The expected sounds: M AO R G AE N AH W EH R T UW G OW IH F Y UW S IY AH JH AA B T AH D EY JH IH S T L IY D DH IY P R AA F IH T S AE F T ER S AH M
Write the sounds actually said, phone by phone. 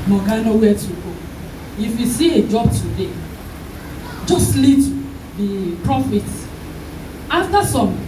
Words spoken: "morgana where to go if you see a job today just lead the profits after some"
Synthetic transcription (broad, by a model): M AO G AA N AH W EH T UW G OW IH F Y UW S IY AH JH AA B T AH D EY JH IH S L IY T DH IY P R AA F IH T AA F T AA S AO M